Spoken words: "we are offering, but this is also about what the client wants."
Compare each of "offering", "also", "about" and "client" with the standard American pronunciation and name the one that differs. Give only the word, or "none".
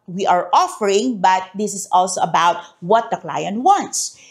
none